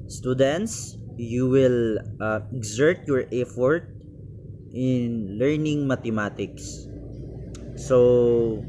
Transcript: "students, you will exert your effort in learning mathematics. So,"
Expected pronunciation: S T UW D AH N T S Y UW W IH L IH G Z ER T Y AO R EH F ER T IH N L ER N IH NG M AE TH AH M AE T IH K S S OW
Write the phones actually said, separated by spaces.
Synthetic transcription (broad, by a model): S T UW D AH N T S Y UW W IH L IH G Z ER T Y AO R EH F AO T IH N L ER N IH NG M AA T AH M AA T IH K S S OW